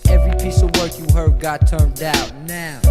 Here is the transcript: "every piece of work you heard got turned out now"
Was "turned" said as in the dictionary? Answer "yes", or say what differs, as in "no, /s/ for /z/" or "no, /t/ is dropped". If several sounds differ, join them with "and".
yes